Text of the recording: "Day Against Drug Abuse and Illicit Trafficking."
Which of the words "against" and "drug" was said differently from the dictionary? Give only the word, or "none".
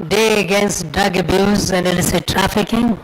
drug